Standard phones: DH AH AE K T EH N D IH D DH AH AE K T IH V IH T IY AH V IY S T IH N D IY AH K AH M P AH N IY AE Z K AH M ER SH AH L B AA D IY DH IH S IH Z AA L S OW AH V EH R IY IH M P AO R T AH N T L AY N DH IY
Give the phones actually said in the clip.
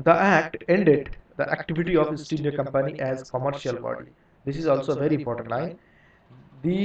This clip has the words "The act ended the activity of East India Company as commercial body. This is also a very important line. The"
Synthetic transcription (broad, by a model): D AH AE K T EH N D IH D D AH AE K T IH V IH T IY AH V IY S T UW D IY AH K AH M P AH N IY AE Z K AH M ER SH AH L B AA D IY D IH S IH Z AA L S OW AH V EH R IY IH M P AO R T AH N T L AY N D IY